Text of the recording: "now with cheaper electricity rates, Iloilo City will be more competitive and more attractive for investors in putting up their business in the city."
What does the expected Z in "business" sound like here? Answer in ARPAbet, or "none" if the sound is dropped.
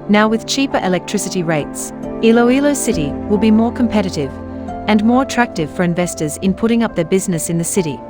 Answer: Z